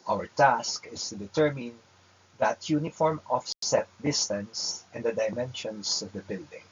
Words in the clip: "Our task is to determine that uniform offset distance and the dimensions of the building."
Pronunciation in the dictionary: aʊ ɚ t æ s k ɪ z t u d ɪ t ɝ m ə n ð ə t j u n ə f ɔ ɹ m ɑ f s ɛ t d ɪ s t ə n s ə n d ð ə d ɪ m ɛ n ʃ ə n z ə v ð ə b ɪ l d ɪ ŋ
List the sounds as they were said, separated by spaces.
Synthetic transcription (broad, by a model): aʊ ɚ t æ s k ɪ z t u d ɪ t ɝ m ə n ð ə t j u n ə f ɔ ɹ m ɑ f s ɛ t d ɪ s t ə n s ə n d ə d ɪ m ɛ n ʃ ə n s ə v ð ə b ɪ l d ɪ ŋ